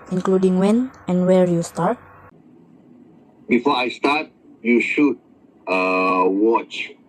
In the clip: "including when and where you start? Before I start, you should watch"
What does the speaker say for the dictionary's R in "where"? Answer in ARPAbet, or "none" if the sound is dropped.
R